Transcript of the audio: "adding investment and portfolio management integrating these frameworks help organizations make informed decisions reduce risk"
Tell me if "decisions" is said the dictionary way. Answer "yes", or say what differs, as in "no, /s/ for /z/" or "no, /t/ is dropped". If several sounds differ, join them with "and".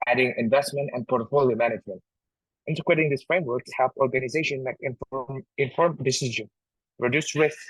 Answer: no, /z/ is dropped